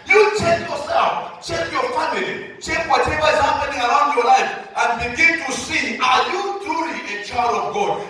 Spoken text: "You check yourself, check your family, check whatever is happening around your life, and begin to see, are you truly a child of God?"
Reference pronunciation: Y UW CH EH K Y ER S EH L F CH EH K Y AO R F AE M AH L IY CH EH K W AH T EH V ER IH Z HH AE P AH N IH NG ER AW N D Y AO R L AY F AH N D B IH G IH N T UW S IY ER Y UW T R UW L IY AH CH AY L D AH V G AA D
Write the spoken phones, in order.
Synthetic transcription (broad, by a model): Y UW CH EH K Y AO S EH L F CH EH K Y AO F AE M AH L IY CH EH K W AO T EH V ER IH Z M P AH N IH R AW N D Y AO L AY F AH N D B IH G IH N T UW S IY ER Y UW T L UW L IY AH CH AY D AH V G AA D